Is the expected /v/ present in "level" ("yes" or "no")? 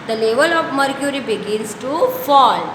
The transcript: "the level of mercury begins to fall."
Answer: yes